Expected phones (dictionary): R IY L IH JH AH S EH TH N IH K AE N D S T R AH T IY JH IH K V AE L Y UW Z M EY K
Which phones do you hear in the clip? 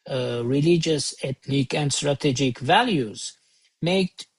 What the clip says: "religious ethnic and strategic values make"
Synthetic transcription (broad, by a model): R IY L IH JH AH S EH T N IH K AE N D S T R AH T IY JH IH K V AE L Y UW Z M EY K